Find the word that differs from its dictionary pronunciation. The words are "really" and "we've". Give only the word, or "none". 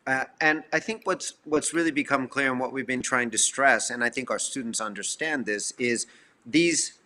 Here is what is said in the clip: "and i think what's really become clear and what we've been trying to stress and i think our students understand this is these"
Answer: none